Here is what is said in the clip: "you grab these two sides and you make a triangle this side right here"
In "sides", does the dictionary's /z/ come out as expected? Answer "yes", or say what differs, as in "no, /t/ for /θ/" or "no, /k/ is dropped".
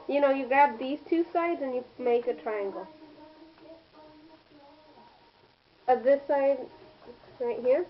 yes